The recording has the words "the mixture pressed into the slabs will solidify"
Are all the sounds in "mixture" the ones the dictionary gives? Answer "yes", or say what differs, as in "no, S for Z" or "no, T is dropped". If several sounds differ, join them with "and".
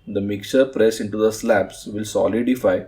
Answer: no, S is dropped